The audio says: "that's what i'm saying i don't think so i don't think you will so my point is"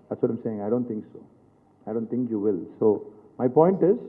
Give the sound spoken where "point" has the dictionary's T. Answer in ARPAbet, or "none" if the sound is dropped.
T